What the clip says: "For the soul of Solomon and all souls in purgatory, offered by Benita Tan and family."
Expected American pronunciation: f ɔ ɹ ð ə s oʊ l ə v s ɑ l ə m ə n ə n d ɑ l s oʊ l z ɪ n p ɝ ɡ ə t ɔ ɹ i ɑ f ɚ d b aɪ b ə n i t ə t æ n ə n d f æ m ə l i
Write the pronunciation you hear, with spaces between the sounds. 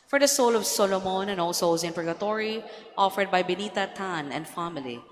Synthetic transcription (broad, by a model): f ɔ ɹ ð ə s oʊ l ə v s ɑ l ə m ə n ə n ɑ l s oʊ z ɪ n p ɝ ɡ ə t ɔ ɹ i ɑ f ɚ d b aɪ b ə n i t ə t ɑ n ə n d f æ m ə l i